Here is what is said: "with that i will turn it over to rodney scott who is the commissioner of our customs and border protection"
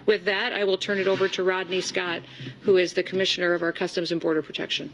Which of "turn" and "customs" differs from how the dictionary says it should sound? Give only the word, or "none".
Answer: none